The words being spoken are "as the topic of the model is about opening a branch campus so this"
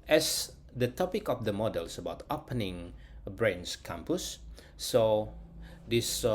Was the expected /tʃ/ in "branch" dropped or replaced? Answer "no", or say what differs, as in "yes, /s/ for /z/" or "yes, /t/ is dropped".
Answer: yes, /s/ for /tʃ/